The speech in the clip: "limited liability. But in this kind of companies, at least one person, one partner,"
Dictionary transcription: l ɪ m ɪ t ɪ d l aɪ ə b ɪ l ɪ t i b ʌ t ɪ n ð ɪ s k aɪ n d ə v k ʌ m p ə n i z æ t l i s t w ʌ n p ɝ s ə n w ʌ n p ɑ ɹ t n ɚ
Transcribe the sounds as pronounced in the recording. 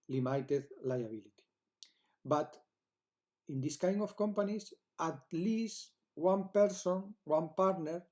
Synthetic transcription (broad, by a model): l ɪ m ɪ t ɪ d l aɪ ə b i l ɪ t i b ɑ t ɪ n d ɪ s k aɪ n ə f k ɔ m p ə n i s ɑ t l i s t w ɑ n p ɝ s ə n w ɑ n p ɑ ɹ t n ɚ